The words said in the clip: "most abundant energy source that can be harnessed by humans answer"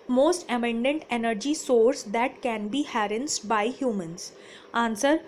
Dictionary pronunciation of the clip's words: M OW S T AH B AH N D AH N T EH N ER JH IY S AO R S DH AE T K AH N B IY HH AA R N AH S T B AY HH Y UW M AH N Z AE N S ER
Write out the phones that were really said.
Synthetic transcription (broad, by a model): M OW S T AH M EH N D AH N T EH N ER JH IY S AO R S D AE T K AH N B IY HH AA R AH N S B AY HH Y UW M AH N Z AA N S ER